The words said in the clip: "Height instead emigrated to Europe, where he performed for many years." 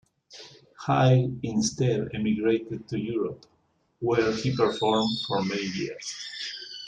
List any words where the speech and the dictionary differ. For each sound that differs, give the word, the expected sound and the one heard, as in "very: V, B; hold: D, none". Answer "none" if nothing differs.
height: T, none; years: Z, S